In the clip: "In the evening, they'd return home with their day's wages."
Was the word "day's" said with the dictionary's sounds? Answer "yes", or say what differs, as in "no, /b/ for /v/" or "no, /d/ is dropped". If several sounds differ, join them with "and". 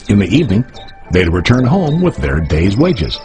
yes